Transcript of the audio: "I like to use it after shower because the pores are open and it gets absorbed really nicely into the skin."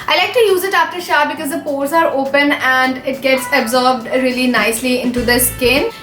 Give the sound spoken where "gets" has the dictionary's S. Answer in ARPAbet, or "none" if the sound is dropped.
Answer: S